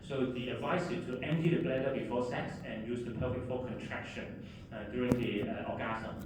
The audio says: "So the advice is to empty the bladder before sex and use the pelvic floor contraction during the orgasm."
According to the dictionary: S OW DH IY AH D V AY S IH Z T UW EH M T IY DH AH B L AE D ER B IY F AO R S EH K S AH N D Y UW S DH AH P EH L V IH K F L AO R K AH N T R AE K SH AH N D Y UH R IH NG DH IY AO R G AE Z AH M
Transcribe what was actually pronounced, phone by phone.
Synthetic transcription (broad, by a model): S OW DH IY AH D V AY S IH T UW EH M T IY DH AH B L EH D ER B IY F AO S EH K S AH N Y UW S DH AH P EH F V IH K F AO K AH N T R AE K SH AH N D Y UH R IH NG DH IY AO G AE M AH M